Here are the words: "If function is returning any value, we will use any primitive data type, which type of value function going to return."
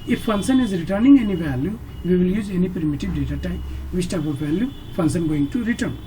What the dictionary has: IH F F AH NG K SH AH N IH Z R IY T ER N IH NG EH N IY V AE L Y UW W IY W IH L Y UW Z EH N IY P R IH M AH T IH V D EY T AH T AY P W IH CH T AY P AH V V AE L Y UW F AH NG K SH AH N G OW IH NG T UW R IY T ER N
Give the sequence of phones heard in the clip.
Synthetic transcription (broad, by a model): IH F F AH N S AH N IH Z R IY T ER N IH NG EH N IY V AE L Y UW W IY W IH L Y UW Z EH N IY P R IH M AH T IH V D EY T AH T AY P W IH S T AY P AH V V AE L Y UW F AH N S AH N G OW IH NG T UW R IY T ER N